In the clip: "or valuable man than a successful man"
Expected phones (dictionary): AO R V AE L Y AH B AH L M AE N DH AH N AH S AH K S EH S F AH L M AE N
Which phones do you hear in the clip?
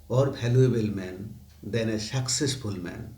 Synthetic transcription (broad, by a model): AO R B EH L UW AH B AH L M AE N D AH N AH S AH K S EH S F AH L M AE N